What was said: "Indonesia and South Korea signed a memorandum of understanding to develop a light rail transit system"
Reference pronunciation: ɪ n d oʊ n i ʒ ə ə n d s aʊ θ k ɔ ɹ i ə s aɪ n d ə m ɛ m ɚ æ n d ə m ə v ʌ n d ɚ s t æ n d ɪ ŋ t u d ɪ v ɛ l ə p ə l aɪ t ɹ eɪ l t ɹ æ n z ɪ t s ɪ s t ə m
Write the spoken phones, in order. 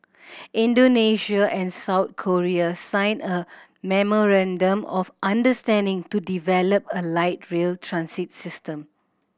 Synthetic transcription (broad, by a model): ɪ n d oʊ n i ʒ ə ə n s aʊ t k ɔ ɹ i ə s aɪ n ə m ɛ m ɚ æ n d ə m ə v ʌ n d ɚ s t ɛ n d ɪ ŋ t u d ɪ v ɛ l ə p ə l aɪ t ɹ eɪ l t ɹ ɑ n s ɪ t s ɪ s t ə m